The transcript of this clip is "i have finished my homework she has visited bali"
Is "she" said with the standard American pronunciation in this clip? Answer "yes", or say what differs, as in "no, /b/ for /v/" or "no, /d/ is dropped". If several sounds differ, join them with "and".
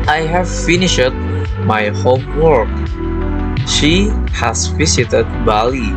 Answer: yes